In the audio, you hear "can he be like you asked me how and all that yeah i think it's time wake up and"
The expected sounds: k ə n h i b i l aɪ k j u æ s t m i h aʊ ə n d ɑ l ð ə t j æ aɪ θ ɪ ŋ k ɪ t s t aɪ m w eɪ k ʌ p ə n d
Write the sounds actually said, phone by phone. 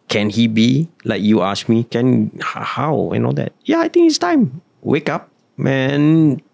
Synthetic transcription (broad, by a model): k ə n h i b i l aɪ k j u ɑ s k m i h aʊ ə n ɑ l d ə t j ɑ aɪ t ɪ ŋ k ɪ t s t aɪ m w eɪ k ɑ p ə n